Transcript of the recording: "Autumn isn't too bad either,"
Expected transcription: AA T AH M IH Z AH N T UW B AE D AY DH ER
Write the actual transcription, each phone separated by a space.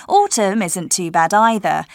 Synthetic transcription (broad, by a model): AA T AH M IH Z AH N T UW B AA D AY DH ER